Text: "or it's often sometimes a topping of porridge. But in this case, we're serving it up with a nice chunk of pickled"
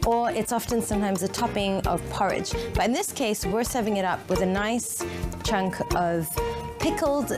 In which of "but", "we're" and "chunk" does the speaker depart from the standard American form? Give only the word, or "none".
none